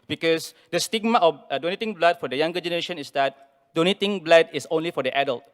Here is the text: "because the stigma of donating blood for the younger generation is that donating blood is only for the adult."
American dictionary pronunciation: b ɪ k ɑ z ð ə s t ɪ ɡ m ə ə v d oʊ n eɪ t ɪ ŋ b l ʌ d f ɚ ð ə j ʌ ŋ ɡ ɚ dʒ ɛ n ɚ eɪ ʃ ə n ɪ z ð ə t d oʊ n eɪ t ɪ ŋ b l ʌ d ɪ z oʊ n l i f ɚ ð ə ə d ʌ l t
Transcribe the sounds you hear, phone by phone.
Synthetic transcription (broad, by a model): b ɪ k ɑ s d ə s t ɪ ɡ m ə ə f d oʊ n eɪ t ɪ ŋ b l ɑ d f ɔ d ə j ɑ ŋ ɡ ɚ dʒ ɛ n ɚ eɪ ʃ ə n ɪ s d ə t d oʊ n eɪ t ɪ ŋ b l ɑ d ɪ s oʊ n l i f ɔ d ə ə d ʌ l t